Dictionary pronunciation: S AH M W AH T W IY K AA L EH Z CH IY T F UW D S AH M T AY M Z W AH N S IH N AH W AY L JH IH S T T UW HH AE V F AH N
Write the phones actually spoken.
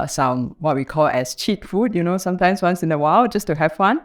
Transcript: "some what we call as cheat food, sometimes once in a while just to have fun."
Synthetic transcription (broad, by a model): S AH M W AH T W IY K AA L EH S CH IY T F UW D S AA M T AY M S W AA N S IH N AH W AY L JH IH S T T UW HH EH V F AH N